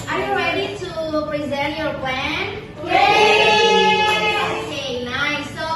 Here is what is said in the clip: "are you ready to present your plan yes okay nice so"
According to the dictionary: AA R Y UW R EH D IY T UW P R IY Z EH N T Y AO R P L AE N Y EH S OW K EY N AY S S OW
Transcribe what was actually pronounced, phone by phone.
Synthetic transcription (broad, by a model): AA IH Y UW R EH D IY T UW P R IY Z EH T Y AO R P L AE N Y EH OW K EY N AY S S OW